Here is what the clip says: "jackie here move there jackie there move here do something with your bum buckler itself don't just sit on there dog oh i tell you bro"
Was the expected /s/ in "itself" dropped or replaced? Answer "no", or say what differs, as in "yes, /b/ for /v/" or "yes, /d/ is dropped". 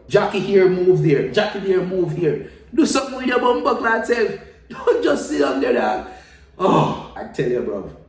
yes, /s/ is dropped